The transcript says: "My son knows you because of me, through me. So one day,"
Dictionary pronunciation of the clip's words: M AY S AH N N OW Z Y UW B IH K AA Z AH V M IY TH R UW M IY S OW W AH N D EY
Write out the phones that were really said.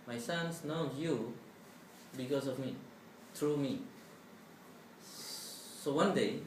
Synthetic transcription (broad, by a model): M AY S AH N N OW Y UW B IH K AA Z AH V M IY T R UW M IY S OW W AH N D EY